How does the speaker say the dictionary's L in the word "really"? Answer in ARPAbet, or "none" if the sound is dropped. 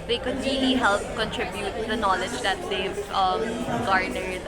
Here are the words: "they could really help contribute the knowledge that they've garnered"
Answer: none